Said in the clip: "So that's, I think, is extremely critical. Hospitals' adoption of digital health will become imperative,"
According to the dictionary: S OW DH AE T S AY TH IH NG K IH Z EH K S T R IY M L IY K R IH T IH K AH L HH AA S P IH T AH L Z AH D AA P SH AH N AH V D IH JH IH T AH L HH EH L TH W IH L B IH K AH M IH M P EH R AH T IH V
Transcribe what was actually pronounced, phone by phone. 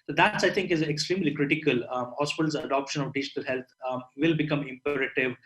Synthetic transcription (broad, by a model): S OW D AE T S AY T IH NG K IH Z EH K S T R IY M L IY K R IH T IH K AH L HH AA S P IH T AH L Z AH D AA P SH AH N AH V D IH JH IH T AH L HH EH L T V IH L B IH K AH M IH M P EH R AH T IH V